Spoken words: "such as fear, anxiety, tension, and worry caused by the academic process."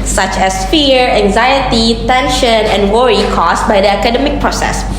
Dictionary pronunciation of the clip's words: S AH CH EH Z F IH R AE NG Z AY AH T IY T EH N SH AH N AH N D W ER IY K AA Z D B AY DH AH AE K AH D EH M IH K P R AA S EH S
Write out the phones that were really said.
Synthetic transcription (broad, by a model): S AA CH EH S F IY R AE NG Z AY AH T IY T EH N SH AH N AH N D W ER IY K AA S B AY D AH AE K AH D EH M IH K P R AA S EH S